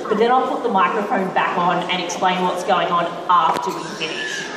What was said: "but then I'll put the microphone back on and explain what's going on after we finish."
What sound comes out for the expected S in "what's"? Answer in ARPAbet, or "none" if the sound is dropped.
S